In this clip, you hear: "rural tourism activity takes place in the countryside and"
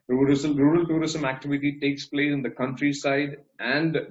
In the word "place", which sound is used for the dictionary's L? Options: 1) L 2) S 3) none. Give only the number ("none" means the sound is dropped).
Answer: 1